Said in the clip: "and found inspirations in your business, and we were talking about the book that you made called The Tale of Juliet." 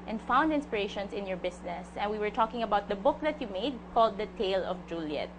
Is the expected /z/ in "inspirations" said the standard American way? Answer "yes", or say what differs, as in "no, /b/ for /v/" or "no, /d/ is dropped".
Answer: no, /s/ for /z/